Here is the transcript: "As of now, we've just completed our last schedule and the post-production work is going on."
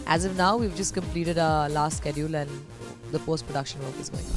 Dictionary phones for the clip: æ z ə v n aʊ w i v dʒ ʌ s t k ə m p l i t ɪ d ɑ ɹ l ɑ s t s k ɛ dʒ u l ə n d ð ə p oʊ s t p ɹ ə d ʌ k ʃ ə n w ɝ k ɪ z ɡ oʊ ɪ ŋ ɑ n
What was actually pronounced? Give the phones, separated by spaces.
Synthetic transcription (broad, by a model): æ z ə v n aʊ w i v dʒ ʌ s t k ə m p l i t ɪ d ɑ l ɑ s t s k ɛ dʒ u l ə n d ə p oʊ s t p ɹ ə d ʌ k ʃ ə n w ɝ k ɪ z ɡ oʊ ɪ ŋ